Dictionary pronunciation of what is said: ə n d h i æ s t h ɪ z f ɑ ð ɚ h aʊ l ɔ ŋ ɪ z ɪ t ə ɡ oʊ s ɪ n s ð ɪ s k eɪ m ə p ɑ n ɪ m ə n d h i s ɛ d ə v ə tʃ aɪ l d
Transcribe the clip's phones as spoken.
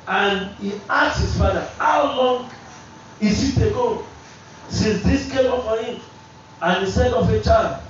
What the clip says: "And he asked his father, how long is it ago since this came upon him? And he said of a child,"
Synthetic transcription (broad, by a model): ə n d h i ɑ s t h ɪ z f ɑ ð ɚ h aʊ l ɔ ŋ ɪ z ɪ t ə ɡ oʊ s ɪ n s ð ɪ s k eɪ m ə f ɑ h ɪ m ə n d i s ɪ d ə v ə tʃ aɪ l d